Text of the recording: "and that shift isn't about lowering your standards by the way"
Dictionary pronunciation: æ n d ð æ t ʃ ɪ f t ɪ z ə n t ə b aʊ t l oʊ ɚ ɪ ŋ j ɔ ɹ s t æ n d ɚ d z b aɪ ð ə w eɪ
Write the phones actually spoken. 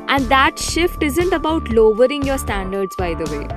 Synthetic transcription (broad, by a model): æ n d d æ t ʃ ɪ f t ɪ z ə n t ə b aʊ t l oʊ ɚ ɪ ŋ j ɔ ɹ s t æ n d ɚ d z b aɪ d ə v eɪ